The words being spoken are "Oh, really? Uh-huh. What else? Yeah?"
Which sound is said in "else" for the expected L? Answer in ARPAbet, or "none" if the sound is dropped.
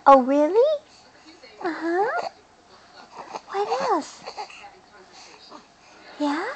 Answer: none